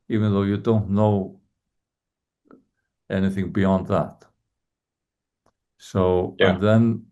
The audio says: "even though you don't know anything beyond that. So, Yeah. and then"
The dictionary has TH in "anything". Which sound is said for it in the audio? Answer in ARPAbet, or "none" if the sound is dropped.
TH